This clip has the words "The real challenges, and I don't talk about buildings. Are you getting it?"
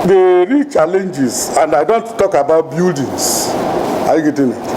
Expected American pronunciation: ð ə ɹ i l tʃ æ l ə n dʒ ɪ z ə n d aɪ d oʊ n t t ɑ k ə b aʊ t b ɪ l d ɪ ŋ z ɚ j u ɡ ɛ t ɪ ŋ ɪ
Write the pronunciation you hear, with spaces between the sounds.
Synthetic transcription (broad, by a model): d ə ɹ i tʃ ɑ l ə n dʒ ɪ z ə n d aɪ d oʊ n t t ɑ k ə b aʊ t b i l d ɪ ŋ s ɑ j u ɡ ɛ t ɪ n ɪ